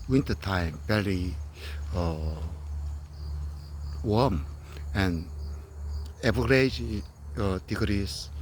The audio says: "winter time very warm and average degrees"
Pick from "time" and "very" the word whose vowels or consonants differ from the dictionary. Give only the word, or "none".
very